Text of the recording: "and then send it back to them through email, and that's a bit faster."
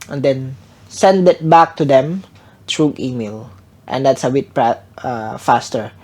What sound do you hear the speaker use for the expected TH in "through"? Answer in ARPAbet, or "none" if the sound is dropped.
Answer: T